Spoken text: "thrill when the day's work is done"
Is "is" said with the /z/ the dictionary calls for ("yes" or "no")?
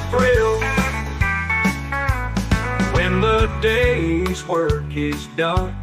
yes